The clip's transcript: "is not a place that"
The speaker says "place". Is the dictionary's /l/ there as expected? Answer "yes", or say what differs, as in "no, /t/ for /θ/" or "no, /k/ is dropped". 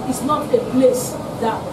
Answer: yes